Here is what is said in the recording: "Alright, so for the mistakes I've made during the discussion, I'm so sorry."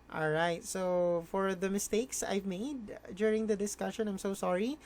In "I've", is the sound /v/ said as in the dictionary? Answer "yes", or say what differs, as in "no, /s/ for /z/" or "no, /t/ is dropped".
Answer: yes